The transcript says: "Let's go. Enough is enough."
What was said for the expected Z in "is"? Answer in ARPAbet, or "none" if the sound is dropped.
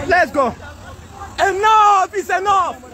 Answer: S